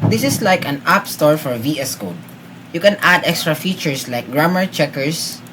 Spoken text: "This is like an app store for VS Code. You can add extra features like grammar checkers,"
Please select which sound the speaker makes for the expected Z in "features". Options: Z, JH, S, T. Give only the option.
S